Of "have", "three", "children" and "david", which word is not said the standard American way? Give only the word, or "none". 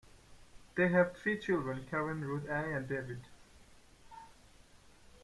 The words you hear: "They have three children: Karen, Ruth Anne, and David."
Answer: three